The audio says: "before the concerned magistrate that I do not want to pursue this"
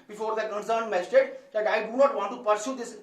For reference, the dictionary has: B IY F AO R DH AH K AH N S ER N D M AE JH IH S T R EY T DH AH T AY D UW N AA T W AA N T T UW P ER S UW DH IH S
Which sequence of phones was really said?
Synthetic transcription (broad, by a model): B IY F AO R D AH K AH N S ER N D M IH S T EY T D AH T AY D UW N AA T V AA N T T UW P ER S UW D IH S